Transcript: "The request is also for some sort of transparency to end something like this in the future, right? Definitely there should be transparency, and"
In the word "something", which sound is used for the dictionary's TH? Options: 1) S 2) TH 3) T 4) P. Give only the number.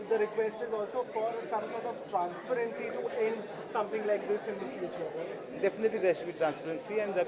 3